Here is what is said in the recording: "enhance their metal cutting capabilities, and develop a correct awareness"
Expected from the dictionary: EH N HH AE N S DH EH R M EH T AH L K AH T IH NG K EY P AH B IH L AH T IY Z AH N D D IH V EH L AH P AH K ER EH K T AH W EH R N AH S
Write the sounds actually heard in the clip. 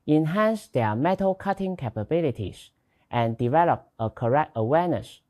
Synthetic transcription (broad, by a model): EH N HH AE N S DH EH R M EH T AH L K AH T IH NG K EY P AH B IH L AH T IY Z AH N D D IH V EH L AH P AH K ER EH K T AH W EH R N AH S